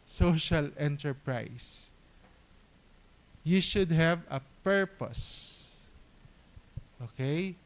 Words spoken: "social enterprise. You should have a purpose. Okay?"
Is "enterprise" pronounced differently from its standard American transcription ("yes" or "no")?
yes